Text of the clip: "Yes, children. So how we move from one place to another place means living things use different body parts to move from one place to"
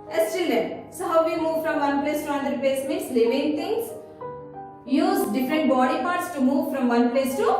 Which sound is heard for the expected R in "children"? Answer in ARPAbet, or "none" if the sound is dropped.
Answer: none